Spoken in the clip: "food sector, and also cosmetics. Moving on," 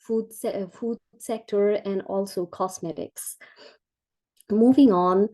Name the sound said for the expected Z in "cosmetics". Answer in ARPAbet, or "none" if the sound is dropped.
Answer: S